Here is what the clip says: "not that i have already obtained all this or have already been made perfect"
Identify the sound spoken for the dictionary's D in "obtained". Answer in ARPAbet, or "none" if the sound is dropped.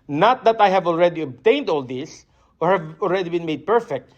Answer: D